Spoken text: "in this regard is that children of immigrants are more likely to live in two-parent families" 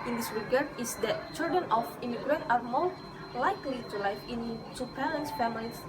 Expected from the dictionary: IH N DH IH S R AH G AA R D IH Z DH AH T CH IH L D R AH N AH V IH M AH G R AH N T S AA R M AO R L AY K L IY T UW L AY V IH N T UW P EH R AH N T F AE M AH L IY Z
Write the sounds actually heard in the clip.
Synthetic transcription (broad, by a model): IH N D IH S R AH G AA R D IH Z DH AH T CH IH L D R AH N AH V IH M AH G R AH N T AA R M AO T L AY K L IY T UW L AY F IH N T UW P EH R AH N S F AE M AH L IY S